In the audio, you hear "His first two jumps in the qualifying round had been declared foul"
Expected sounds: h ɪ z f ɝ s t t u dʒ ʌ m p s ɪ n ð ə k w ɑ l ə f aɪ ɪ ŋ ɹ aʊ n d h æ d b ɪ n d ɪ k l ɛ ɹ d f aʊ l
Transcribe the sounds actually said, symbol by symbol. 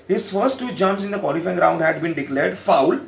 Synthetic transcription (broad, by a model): h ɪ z f ɝ s t t u dʒ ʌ m s ɪ n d ə k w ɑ l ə f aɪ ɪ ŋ ɹ aʊ n d h æ d b ɪ n d ɪ k l ɛ ɹ d f aʊ l